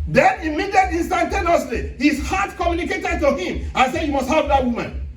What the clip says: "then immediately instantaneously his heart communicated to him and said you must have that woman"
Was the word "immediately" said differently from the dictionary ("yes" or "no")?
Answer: yes